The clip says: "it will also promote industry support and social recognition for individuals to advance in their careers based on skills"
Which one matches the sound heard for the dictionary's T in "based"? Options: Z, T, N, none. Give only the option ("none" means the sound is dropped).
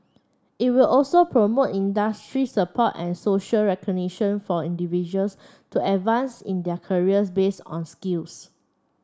none